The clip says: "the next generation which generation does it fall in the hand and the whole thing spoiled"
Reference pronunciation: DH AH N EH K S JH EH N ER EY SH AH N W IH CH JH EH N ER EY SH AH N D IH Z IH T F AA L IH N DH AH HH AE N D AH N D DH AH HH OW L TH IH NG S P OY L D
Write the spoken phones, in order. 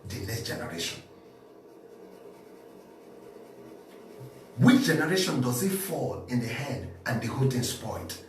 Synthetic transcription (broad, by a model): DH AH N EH S JH EH N ER EY SH AH N W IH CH JH EH N ER EY SH AH N D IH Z IH T F AA L IH N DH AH HH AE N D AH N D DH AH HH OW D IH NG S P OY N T